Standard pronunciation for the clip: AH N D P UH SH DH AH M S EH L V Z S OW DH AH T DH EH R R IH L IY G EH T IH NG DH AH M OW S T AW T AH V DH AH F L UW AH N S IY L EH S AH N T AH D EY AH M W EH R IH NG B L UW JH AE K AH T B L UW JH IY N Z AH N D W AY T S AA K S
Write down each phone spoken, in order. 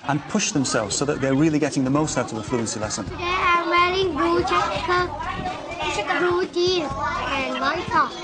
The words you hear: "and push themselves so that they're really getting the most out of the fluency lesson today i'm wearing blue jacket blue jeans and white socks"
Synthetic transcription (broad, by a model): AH N P UH SH DH AH M S EH L V Z S OW DH AH T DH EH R R IH L IY G EH T IH NG DH AH M OW S T AW T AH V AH F L UW AH N S IY L EH S AH N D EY AH M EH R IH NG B UW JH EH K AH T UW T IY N AH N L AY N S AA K